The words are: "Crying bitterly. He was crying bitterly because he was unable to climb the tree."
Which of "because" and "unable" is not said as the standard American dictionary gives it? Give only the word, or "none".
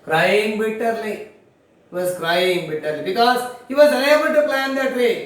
unable